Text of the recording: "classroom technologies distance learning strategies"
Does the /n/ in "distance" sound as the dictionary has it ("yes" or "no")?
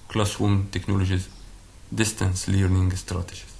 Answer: yes